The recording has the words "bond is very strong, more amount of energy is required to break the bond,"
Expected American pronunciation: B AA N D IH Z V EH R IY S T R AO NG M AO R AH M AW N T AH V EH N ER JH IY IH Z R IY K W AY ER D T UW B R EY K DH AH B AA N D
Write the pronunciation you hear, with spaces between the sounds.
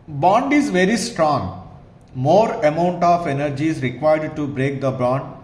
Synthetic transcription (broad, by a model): B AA N D IH Z V EH R IY S T R AO NG M AO R AH M AW N T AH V EH N ER JH IY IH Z R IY K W AY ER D T UW B R EY K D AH B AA N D